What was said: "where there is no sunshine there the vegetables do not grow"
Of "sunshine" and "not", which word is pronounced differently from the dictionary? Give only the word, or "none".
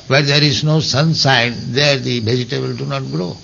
sunshine